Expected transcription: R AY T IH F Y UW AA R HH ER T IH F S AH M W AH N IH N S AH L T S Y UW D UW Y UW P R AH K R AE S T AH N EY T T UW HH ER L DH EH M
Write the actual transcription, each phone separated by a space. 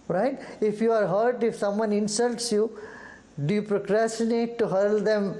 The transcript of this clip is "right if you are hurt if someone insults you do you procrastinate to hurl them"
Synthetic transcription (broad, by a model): R AY T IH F Y UW AA R HH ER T IH F S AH M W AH N IH N S AH L T S Y UW D UW Y UW P R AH K R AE S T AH N EY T T UW HH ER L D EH M